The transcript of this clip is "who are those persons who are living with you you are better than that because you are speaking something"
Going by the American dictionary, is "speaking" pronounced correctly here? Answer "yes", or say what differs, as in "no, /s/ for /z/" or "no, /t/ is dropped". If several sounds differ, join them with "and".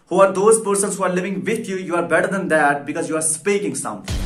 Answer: yes